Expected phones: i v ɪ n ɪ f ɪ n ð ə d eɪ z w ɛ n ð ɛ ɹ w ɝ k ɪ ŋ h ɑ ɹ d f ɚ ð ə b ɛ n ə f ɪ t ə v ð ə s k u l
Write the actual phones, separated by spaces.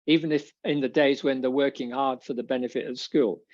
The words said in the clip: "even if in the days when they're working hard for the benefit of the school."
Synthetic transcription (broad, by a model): i v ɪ n ɪ f ɪ n ð ə d eɪ z w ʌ n ð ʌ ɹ w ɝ k ɪ ŋ h ɑ ɹ d f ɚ ð ə b ɛ n ə f ɪ t ə v s k u l